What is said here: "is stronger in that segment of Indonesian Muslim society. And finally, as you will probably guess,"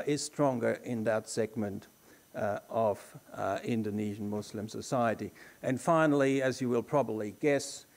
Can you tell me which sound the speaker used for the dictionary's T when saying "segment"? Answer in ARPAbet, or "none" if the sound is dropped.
T